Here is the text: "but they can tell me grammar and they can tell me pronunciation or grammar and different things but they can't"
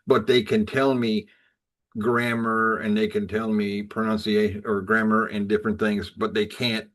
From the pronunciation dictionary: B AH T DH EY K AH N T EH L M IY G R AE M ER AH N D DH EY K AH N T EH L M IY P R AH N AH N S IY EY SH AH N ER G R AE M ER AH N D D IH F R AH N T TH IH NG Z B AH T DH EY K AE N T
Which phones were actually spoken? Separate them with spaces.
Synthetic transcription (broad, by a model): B AH T DH EY K AH N T EH L M IY G R AE M ER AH N DH EY K AH N T EH L M IY P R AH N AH N S IY EY AH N ER G R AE M ER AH N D D IH F R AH N TH IH NG Z B AH T DH EY K AE N T